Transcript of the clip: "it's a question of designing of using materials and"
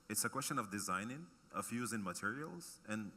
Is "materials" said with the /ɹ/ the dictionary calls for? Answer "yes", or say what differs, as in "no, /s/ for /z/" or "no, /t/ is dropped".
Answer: yes